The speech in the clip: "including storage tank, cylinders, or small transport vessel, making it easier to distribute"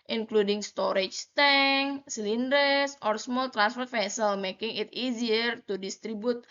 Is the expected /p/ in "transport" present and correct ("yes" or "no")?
no